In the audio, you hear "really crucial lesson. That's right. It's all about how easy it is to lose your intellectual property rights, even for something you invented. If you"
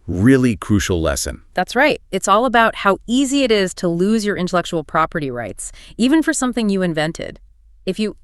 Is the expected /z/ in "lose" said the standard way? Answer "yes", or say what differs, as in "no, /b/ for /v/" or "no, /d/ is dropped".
yes